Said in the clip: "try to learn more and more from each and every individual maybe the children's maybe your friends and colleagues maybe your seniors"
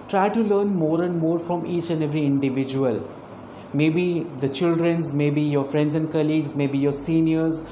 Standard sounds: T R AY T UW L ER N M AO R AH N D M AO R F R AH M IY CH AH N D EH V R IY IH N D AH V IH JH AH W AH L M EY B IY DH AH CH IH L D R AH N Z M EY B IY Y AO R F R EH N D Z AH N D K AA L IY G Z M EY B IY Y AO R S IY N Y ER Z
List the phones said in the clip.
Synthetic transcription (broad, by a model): T R AY T UW L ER N M AO R AH N D M AO R F R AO M IY CH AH N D EH V R IY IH N D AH V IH JH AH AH L M EY B IY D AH CH IH L D R AH N Z M EY B IY Y AO R F R EH N D Z AH N D K AA L IY G Z M EY B IY Y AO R S IY N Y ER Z